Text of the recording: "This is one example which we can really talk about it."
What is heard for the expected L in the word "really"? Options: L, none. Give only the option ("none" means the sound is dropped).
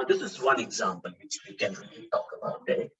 none